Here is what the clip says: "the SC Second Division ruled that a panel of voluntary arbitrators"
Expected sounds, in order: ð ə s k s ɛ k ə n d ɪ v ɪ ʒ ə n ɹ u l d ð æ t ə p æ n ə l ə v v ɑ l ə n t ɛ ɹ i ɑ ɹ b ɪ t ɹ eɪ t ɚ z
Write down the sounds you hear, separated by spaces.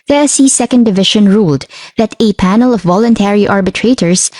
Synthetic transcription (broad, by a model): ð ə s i s ɛ k ə n d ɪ v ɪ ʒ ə n ɹ u l d ð æ t ə p æ n ə l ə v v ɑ l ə n t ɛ ɹ i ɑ ɹ b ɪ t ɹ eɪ t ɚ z